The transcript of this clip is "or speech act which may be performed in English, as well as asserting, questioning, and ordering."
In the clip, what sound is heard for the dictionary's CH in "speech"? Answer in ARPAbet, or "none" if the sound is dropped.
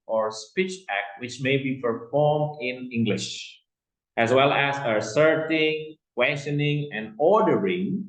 CH